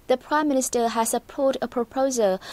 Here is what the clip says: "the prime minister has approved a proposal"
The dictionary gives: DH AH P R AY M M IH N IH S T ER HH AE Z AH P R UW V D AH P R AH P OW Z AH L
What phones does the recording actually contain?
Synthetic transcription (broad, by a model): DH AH P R AY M M IH N IH S T ER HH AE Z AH P AO D AH P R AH P OW Z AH L